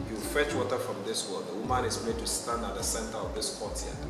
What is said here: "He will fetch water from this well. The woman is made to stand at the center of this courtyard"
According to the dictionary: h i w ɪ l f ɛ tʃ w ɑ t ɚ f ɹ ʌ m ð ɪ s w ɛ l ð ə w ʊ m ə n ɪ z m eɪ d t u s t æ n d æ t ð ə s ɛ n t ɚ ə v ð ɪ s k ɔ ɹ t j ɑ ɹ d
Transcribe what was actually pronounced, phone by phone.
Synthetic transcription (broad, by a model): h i w ɪ l f ɛ tʃ w ɑ t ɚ f ɹ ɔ m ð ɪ s w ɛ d ð ə w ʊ m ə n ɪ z m eɪ d t u s t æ n d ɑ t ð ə s ɛ n t ɚ ə v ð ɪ s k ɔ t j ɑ